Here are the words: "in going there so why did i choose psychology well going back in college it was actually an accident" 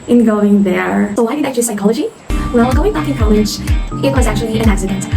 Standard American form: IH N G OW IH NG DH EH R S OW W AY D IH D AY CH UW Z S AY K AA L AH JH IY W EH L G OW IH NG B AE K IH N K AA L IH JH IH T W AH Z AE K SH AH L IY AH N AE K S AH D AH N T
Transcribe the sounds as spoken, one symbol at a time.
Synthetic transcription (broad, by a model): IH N G OW IH NG DH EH R S OW W AY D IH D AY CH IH S AY K AA L AH JH IY W EH L G OW IH NG B AE K IH N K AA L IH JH IH T W AH Z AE K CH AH L IY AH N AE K S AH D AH N T